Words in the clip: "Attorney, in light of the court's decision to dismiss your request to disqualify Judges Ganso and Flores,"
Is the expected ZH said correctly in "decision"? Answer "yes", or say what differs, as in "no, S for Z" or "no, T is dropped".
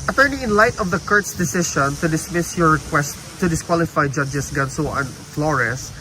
no, SH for ZH